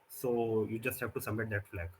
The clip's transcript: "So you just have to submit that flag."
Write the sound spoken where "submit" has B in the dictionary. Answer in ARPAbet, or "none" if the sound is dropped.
none